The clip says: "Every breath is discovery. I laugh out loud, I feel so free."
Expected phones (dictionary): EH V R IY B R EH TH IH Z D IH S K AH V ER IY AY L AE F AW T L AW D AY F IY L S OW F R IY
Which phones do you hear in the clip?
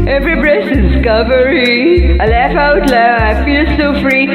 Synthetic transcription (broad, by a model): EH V R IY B R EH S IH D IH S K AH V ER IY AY L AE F AW T L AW AY F IY L S OW F R IY